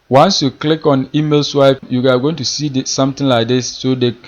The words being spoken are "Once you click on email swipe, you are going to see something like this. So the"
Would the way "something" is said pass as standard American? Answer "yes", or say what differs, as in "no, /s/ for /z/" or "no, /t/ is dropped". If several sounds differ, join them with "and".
no, /t/ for /θ/